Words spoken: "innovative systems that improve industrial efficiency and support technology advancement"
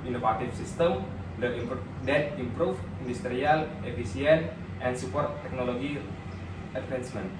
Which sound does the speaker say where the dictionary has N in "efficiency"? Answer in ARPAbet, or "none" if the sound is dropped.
none